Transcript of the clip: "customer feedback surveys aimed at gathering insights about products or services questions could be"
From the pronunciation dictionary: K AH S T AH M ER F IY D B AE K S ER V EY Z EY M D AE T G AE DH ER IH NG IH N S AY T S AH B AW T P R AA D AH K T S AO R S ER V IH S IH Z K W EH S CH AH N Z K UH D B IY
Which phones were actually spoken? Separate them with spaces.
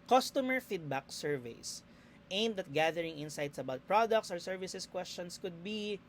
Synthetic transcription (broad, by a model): K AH S T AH M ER F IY D B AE K S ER V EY S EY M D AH T G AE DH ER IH NG IH N S AY T S AH B AW T P R AA D AH K T S AO R S ER V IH S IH S K W EH S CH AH N S K UH D B IY